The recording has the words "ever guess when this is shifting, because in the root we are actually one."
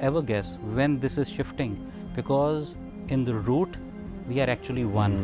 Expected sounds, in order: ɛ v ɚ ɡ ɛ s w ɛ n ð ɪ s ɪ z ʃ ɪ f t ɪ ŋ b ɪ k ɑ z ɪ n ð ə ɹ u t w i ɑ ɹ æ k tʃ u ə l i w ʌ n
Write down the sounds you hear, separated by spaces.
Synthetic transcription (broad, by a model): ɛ v ɚ ɡ ɛ s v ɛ n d ɪ s ɪ z ʃ ɪ f t ɪ ŋ b ɪ k ɑ z ɪ n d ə ɹ u t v i ɑ ɹ æ k tʃ u ə l i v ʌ n